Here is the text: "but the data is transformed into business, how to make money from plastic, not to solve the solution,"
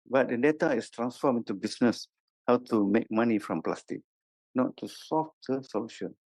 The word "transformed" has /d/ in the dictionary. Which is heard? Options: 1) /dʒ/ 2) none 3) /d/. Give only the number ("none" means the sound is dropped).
2